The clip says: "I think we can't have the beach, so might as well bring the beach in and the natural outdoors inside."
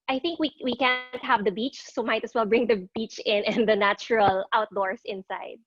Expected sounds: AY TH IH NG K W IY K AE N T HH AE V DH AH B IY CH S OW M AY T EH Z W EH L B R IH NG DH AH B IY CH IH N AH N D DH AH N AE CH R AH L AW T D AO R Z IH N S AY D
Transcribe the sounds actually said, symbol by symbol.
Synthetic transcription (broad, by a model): AY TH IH NG K W IY K AE N T HH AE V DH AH B IY CH S OW M AY T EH S W EH L B R IH NG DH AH B IY CH IH N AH N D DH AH N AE CH R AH L AW T D AO R S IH N S AY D